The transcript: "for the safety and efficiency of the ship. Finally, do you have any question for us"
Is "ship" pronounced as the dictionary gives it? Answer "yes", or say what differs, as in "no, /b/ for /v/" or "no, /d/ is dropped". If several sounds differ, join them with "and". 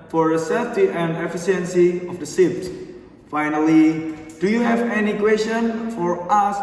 no, /s/ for /ʃ/